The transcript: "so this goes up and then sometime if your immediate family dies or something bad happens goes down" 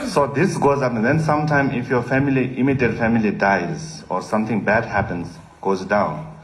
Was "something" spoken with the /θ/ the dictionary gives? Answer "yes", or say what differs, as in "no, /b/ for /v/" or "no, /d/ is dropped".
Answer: no, /t/ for /θ/